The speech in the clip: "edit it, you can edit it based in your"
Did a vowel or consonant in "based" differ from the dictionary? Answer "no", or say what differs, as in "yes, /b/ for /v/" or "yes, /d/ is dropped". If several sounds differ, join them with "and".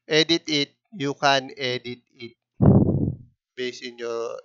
yes, /t/ is dropped